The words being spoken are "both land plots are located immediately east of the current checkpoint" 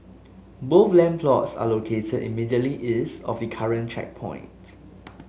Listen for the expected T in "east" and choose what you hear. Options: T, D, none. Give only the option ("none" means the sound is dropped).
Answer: none